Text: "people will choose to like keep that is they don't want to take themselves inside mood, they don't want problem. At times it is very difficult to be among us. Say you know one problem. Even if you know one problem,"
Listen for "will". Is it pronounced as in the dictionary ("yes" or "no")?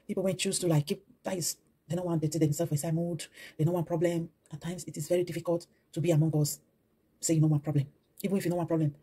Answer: no